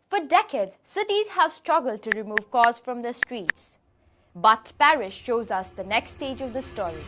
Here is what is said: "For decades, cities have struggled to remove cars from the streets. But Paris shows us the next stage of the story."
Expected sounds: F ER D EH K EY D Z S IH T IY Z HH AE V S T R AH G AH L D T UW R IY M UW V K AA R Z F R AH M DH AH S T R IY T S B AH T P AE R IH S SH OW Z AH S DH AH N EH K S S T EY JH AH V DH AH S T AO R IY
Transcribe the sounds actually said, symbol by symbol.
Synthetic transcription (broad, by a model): F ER D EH K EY D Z S IH T IY Z HH AE V S T R AH G AH L D T UW R IY M UW V K AA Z F R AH M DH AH S T R IY T S B AH T P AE R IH SH SH OW Z AH S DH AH N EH K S S T EY JH AH V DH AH S T AO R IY